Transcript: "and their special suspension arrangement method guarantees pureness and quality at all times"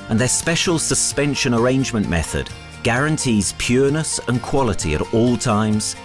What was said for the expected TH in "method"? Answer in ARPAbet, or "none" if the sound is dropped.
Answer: TH